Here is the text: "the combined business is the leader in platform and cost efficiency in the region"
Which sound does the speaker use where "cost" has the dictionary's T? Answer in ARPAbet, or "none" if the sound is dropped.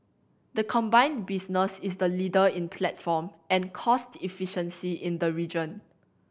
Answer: T